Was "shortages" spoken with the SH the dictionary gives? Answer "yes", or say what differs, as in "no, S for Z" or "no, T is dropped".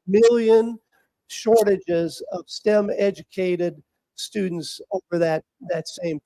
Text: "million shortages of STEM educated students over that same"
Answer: yes